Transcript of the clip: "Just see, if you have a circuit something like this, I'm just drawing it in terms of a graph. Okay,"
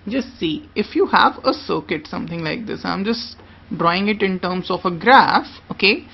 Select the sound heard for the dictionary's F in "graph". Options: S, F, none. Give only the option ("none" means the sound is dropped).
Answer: F